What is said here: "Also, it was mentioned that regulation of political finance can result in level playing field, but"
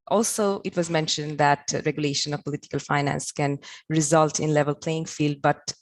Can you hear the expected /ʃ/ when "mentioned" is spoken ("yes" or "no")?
yes